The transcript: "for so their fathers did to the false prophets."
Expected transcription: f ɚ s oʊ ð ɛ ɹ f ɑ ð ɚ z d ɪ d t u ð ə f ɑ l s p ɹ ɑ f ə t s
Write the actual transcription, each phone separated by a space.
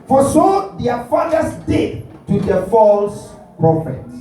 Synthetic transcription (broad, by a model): f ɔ s oʊ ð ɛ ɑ f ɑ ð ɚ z d ɪ d t u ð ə f ɑ l s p ɹ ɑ f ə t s